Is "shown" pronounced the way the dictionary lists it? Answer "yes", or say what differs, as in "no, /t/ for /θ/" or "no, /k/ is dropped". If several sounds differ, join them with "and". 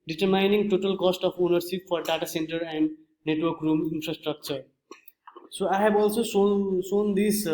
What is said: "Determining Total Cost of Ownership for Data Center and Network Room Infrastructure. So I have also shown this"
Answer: no, /s/ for /ʃ/